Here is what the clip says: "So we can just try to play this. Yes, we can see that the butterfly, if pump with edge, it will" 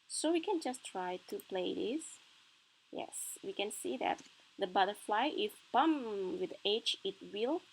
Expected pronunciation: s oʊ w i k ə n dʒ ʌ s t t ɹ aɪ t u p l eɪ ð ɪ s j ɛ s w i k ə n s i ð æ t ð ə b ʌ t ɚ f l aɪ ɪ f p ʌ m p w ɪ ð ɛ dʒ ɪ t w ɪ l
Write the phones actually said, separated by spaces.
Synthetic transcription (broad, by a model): s oʊ w i k ə n dʒ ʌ s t t ɹ aɪ t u p l eɪ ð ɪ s j ɛ s w i k ə n s i ð æ t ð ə b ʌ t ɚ f l aɪ ɪ f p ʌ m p w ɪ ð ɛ tʃ ɪ t w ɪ l